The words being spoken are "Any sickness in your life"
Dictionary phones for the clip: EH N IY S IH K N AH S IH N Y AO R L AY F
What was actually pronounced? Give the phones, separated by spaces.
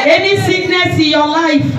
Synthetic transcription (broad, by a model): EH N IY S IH N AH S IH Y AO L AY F